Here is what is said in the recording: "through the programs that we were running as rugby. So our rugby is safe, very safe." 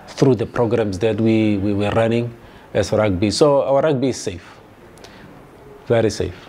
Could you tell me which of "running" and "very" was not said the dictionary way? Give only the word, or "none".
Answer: running